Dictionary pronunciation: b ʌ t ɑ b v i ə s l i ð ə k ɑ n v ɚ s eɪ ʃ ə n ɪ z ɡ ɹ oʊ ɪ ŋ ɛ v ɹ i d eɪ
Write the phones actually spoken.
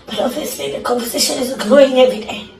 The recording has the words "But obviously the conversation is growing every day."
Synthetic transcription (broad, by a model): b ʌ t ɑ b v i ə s i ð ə k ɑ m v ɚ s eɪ ʃ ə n ɪ z ɡ oʊ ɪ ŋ ɛ v ɹ i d eɪ